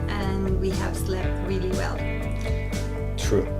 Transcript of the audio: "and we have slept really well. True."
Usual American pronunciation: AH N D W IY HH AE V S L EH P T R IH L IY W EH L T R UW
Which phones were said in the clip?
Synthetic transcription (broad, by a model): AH N W IY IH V S L EH P T R IH L IY W EH L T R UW